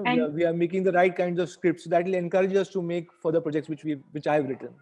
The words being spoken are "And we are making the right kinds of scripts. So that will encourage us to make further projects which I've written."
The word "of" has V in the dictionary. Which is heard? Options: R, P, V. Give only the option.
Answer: V